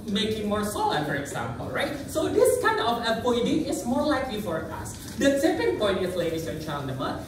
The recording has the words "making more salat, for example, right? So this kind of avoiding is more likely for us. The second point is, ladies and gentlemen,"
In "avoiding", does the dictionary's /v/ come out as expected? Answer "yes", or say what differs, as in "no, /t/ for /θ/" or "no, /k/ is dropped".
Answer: no, /p/ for /v/